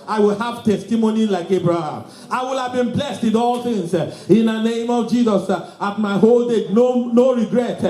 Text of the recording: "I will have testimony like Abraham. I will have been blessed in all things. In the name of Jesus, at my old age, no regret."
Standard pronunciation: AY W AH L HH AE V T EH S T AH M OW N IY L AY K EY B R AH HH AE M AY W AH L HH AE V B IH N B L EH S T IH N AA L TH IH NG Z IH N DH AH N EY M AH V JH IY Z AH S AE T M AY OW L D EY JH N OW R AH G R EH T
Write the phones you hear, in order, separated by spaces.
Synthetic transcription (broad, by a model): AY W AH L HH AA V T EH S T AH M OW N IY L AY K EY B R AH HH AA M AY W AH L HH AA V B IH N B L EH S T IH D AA L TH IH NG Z IH N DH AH N EY M AH V JH IY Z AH S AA T M AY OW L D EY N N OW R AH G R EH T